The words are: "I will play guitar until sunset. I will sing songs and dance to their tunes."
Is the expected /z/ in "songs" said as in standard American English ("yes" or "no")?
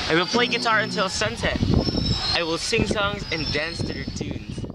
yes